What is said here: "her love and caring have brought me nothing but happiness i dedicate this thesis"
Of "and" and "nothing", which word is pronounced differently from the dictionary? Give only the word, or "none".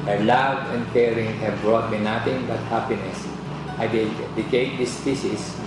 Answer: nothing